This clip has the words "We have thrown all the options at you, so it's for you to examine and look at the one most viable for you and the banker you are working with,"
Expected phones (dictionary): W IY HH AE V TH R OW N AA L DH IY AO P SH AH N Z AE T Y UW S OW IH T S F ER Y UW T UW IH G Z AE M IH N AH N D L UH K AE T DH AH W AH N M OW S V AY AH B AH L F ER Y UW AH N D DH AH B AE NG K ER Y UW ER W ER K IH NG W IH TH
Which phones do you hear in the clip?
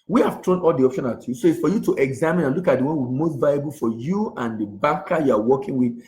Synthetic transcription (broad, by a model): W IY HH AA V T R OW N AA L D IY AO P SH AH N AA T Y UW S OW IH T S F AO Y UW T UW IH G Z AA M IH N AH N L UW K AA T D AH W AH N M OW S V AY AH B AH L F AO Y UW AH N D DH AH B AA K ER Y UW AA W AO K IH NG W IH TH